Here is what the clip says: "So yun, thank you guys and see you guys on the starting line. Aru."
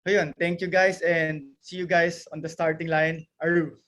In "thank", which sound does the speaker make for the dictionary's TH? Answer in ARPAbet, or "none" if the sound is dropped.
T